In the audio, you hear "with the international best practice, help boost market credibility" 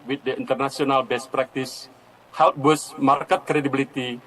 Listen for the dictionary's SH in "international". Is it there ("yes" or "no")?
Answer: no